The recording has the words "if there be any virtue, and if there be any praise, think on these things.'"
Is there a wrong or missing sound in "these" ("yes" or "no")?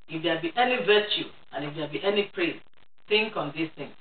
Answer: yes